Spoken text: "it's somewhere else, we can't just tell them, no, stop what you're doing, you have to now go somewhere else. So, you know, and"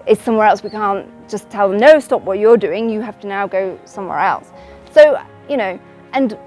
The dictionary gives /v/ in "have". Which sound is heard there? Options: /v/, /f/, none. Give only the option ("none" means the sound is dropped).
/f/